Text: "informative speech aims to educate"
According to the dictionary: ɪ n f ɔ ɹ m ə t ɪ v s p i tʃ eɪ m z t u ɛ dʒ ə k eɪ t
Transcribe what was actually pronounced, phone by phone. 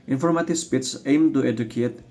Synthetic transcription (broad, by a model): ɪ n f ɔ ɹ m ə t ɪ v s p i s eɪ m t u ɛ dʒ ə k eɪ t